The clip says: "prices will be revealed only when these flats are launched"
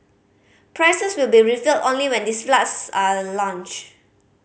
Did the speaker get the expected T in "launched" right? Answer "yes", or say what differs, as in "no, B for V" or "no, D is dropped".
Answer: no, T is dropped